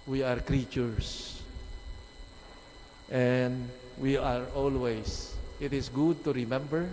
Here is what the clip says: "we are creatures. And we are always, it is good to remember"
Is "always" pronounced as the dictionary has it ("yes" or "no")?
no